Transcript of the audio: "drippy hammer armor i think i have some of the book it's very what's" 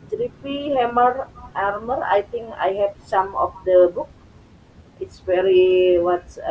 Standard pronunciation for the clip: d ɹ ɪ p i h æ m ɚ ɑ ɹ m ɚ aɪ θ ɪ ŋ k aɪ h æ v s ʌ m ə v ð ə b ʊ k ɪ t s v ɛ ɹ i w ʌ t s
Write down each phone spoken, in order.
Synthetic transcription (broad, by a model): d ɹ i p i h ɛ m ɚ ɑ ɹ m ɚ aɪ t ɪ ŋ k aɪ h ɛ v s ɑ m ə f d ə b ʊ k ɪ t s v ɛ ɹ i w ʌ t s